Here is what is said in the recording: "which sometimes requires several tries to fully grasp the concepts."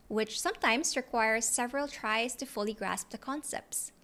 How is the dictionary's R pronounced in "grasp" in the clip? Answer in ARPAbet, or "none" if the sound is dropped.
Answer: R